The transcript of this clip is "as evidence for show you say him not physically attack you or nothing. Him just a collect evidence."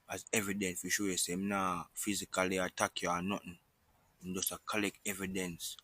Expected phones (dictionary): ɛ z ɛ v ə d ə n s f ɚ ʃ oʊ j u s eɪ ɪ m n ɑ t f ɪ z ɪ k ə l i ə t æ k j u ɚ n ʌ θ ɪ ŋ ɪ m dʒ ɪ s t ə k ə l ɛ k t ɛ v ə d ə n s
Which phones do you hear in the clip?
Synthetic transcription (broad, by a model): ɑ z ɛ v ə d ə n s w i ʃ oʊ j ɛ s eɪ ɪ m n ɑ f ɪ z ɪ k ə l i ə t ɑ k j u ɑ n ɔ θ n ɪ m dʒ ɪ s ə k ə l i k ɛ v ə d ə n s